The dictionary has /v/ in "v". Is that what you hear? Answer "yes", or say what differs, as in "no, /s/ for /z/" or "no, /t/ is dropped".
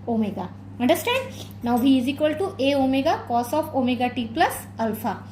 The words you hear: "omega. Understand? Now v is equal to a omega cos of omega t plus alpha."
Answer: no, /b/ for /v/